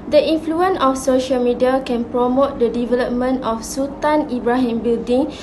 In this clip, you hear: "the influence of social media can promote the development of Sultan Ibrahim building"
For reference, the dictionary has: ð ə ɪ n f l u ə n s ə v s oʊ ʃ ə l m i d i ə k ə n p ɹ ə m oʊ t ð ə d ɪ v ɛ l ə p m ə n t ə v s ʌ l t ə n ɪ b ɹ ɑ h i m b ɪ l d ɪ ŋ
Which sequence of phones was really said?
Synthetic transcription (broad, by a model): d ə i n f l u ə n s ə f s oʊ ʃ ə l m i d i ə k ə n p ɹ ə m oʊ t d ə d ɪ v ɛ l ə p m ə n t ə f s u t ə n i b ɹ ɑ h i m b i l d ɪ ŋ